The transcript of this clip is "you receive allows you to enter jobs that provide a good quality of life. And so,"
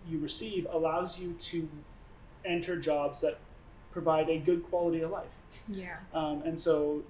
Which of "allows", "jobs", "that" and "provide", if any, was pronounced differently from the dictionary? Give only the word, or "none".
none